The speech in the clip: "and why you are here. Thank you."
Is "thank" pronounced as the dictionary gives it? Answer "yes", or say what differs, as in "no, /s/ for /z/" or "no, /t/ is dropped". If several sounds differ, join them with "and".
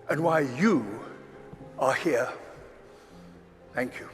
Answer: yes